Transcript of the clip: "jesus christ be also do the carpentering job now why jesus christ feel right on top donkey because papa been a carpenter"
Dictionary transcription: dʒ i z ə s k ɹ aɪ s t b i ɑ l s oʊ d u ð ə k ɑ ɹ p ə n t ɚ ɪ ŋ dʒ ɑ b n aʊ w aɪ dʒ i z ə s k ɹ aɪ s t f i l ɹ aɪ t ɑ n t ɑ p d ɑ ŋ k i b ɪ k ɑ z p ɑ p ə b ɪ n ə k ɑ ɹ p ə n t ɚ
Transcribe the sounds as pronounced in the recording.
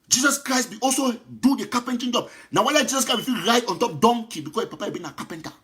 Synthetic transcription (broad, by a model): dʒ i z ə s k ɹ aɪ s t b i ɑ l s oʊ d u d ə k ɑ p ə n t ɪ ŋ dʒ ɑ b n aʊ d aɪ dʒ i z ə s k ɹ aɪ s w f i ɹ aɪ t ɑ n t ɑ p d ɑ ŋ k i b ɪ k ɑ s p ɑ p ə b ɪ n ə k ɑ p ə n t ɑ